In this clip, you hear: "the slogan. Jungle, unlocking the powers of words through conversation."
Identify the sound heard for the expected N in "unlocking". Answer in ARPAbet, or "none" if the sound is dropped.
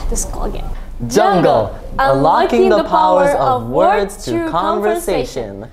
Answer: none